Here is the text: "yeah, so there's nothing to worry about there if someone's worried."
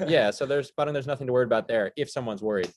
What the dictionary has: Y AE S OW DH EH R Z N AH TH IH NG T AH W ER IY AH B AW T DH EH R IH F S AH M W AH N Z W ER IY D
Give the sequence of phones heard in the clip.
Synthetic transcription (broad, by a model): Y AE S OW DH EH R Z N AH TH IH NG T AH W ER IY AH B AW T DH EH R IH F S AH M W AH N Z W ER IY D